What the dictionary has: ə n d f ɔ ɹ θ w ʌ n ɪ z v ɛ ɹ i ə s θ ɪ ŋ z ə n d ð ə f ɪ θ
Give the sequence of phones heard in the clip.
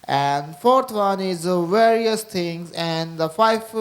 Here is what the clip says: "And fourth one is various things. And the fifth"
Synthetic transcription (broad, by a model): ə n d f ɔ ɹ t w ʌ n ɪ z v ɛ ɹ i ə s t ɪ ŋ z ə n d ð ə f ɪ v